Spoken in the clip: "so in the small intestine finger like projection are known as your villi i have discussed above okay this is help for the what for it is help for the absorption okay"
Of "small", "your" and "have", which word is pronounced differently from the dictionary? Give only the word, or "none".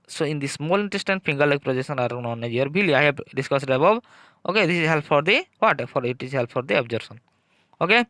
have